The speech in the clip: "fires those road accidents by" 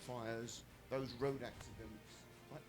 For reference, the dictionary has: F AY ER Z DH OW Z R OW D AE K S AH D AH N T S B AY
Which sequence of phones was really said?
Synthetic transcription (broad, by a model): F AY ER Z DH OW Z R OW D AE K S AH D AH N T S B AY